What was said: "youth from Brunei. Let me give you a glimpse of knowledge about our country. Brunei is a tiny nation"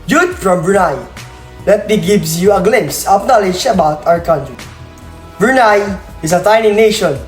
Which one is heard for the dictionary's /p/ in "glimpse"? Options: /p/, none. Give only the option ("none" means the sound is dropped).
none